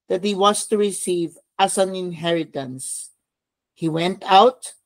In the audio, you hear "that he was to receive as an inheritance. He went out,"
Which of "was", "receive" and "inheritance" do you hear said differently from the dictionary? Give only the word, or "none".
was